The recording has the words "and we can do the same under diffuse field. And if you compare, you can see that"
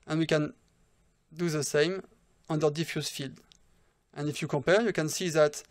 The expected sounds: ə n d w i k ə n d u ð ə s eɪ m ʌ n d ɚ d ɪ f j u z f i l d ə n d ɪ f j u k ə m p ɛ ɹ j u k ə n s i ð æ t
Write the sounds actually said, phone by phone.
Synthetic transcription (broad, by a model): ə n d w i k ə n d u ð ə s eɪ m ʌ n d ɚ d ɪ f j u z f i l d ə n ɪ f j u k ə m p ɛ ɹ j u k ə n s i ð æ t